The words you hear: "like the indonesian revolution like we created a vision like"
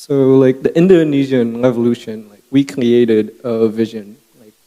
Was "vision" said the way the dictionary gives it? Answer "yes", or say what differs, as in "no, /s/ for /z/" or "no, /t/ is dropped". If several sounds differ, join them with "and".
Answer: yes